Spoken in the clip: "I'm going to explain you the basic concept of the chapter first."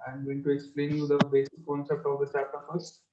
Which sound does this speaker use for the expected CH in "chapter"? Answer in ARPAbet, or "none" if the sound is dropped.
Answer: S